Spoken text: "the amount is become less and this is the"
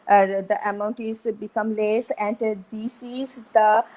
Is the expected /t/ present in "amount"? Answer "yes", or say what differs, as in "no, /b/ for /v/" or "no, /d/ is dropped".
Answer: yes